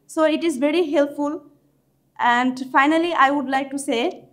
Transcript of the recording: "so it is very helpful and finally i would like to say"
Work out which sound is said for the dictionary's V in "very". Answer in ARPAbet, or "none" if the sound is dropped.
V